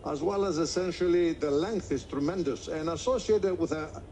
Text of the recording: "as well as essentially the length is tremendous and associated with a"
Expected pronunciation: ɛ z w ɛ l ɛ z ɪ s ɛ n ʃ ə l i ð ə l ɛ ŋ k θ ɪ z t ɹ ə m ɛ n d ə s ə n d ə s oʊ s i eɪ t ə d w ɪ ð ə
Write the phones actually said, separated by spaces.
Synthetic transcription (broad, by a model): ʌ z w ɛ l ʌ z ɪ s ɛ n ʃ ə l i ð ə l ɛ ŋ k θ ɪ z t ɹ ə m ɛ n d ə s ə n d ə s oʊ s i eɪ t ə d w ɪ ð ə